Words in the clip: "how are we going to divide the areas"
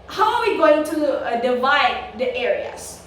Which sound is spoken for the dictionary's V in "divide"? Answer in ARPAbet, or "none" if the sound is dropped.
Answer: V